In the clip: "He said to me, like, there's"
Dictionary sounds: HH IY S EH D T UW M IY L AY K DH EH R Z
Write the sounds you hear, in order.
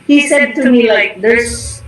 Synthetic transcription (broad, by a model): HH IY S EH D T UW M IY L AY K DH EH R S